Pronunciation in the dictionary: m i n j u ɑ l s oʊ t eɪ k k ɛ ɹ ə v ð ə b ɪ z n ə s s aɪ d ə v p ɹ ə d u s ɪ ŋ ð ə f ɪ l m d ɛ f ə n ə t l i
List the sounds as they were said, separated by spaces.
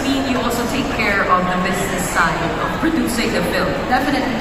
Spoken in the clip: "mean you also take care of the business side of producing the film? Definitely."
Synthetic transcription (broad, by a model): m i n j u ɑ l s oʊ t eɪ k k ɛ ɹ ə v ð ə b ɪ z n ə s s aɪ ə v p ɹ ə d u s ɪ ŋ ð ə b ɪ l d ɛ f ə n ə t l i